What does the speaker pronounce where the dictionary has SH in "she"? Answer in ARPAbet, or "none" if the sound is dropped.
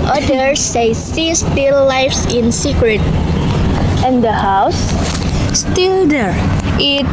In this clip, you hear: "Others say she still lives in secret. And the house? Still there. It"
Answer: S